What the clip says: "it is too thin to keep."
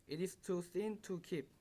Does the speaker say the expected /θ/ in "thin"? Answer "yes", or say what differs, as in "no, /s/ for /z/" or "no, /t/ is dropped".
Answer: no, /s/ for /θ/